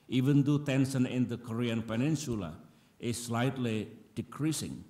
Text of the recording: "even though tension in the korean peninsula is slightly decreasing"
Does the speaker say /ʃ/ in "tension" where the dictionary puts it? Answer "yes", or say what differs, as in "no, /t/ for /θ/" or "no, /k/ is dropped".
no, /s/ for /ʃ/